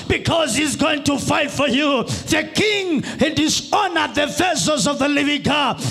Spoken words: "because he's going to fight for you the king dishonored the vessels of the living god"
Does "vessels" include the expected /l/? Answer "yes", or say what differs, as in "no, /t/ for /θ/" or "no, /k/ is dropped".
no, /l/ is dropped